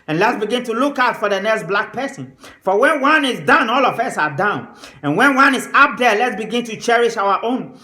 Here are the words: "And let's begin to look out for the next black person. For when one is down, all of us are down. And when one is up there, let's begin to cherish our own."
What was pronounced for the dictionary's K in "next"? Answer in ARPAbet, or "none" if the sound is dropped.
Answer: K